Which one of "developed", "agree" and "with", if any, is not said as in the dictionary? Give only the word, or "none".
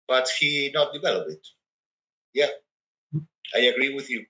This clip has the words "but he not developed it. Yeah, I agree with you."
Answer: developed